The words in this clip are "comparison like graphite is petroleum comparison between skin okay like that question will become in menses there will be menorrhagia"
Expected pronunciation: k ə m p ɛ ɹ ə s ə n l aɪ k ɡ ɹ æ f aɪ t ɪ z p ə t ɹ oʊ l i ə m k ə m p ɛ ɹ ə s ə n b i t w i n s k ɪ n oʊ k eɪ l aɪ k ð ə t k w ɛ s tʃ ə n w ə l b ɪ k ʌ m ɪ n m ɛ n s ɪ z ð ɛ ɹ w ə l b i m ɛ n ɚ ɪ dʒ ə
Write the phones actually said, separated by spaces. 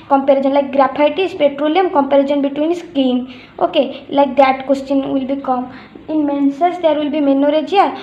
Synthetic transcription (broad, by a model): k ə m p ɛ ɹ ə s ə n l aɪ k ɡ ɹ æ p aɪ t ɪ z p ə t ɹ oʊ l i ə m k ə m p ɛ ɹ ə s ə n b i t w i n s k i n oʊ k eɪ l aɪ k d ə t k w ɛ s tʃ ə n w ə l b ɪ k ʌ m ɪ n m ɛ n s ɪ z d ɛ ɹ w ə l b i m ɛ n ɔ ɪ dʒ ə